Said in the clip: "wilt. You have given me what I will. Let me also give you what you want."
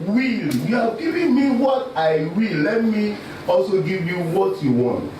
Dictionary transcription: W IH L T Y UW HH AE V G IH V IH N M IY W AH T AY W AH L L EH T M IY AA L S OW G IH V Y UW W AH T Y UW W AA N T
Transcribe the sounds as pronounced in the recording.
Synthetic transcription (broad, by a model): W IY L Y UW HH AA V G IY V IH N M IY W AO T AY W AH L L EH T M IY AA L S OW G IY V Y UW W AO T Y UW W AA N T